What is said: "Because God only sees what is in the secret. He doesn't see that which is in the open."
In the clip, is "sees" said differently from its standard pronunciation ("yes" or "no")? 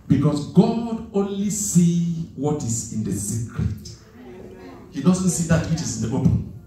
yes